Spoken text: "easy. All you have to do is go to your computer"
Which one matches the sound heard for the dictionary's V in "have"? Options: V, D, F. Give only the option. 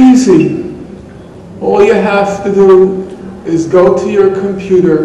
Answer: F